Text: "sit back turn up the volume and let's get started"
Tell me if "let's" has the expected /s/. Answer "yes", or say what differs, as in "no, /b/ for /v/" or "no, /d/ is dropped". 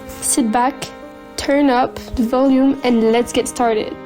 yes